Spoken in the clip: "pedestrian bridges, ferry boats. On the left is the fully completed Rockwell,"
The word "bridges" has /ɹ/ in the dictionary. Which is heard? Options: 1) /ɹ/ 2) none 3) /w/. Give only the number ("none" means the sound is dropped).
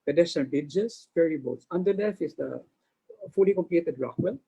2